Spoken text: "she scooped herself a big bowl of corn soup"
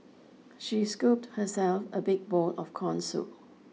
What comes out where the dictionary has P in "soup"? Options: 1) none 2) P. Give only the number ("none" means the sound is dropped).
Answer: 1